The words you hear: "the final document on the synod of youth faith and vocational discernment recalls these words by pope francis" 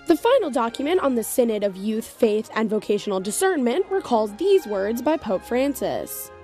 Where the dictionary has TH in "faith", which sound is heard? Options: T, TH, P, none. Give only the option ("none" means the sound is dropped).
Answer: TH